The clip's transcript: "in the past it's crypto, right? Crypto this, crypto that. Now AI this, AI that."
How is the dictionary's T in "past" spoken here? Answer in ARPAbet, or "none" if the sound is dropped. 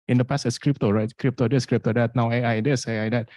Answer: none